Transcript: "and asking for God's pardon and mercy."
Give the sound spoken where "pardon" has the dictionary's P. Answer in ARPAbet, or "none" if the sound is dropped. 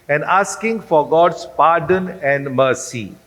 P